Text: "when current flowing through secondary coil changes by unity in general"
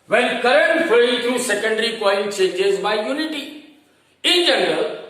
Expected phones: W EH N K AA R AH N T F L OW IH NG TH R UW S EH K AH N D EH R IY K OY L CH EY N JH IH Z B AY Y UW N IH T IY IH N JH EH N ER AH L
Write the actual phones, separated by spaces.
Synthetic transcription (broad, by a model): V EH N K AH R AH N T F OW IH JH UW S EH K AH N D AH R IY K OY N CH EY JH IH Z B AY Y UW N IH T IY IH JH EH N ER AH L